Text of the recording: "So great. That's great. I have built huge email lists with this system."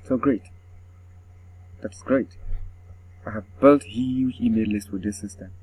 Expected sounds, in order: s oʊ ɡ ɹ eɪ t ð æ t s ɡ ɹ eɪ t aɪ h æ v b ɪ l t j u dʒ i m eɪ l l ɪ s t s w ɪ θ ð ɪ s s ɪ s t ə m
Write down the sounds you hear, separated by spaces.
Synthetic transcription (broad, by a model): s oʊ ɡ ɹ eɪ t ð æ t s ɡ ɹ eɪ t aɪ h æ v b ɪ l t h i i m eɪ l l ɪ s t w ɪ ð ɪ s s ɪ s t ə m